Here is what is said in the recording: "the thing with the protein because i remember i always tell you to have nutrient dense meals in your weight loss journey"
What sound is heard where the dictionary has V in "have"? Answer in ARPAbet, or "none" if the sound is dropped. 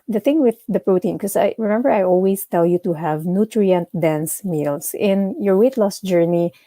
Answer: V